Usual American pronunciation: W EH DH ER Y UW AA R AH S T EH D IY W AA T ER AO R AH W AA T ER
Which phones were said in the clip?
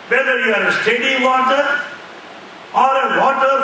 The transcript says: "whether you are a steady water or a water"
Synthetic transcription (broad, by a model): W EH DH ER Y UW AA R AH S T EH D IY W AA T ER AO R AH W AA T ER